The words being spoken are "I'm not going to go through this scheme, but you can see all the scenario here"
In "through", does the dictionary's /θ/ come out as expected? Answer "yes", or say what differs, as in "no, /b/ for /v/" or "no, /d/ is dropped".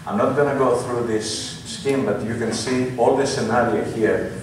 yes